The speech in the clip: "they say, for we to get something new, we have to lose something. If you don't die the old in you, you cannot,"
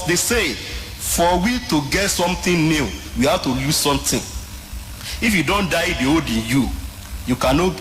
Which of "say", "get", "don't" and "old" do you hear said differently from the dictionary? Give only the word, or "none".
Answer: old